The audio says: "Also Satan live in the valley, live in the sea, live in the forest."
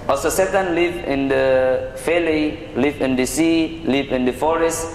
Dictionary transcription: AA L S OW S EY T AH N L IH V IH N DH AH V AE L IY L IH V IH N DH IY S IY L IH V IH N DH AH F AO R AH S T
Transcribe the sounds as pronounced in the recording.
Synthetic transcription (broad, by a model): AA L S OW S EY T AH N L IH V IH N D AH F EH L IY L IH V IH N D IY S IY L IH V IH N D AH F AO R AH S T